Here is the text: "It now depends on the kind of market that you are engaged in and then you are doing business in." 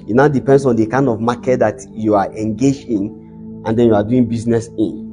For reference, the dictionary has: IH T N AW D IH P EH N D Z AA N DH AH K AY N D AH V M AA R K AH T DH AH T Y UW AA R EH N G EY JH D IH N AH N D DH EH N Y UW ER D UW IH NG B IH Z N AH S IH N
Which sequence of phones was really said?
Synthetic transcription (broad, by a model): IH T N AW D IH P EH N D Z AA N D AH K AY N D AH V M AA K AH T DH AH T Y UW AA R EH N G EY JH IH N AH N D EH N Y UW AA D UW IH NG B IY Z N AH S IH N